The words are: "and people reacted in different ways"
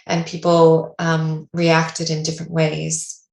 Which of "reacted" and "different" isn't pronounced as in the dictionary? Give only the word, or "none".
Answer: none